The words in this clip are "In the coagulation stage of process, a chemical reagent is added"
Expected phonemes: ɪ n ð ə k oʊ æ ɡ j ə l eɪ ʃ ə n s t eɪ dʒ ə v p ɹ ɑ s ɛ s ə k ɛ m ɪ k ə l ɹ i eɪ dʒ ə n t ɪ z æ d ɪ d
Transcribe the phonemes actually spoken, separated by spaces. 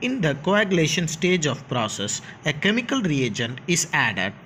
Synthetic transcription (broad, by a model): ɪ n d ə k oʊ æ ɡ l eɪ ʃ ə n s t eɪ dʒ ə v p ɹ ɑ s ɛ s ə k ɛ m ɪ k ə l ɹ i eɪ dʒ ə n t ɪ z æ d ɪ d